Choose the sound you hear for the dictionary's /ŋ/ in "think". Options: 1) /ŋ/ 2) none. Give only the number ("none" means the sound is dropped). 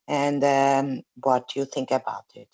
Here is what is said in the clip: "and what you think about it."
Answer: 1